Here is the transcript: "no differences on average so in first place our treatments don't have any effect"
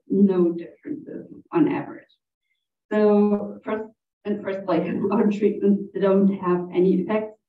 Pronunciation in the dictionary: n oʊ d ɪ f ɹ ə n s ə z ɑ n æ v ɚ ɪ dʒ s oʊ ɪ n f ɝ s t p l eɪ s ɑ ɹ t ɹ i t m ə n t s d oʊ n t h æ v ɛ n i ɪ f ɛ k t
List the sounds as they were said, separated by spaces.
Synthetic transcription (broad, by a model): n oʊ d ɪ f ɹ ə n s ə z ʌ n æ v ɚ ɪ dʒ s oʊ ɪ n f ɝ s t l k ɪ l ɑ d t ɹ i t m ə n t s d oʊ n t h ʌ v ɛ n i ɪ f ɛ k t